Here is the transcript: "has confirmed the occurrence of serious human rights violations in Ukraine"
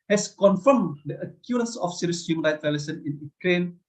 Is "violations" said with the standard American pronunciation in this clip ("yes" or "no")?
no